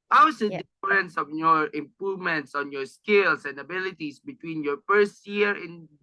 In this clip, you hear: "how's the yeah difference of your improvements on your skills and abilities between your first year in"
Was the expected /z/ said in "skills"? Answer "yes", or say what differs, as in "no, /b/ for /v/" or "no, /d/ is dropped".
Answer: no, /s/ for /z/